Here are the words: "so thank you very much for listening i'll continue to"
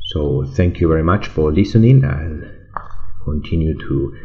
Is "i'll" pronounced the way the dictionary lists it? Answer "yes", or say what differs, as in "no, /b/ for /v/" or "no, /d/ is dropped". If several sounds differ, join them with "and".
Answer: no, /n/ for /l/